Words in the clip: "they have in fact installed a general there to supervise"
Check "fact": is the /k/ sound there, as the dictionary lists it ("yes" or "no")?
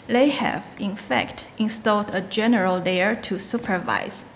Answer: yes